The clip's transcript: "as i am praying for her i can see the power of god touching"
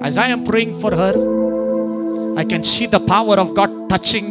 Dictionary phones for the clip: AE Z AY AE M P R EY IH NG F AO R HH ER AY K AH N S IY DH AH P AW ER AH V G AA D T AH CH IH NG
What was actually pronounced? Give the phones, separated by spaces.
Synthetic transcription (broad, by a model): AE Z AY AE M P R EY IH NG F AO R HH ER AY K AH N S IY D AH P AW ER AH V G AA D T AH CH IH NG